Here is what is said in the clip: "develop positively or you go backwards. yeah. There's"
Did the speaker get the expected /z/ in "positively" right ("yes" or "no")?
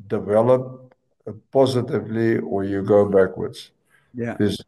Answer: yes